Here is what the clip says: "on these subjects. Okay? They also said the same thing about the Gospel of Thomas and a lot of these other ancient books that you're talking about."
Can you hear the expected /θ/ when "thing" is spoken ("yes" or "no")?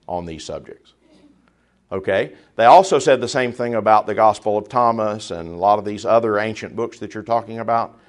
yes